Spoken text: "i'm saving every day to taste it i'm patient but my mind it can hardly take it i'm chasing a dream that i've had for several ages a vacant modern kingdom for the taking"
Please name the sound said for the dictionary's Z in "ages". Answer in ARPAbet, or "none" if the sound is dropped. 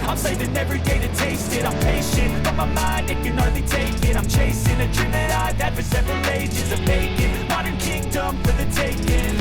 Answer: Z